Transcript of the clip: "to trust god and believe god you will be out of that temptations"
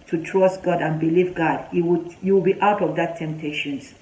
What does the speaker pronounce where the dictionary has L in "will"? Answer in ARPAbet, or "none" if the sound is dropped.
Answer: W